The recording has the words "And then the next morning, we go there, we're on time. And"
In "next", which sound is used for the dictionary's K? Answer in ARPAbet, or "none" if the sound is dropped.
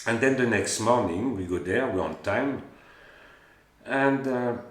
K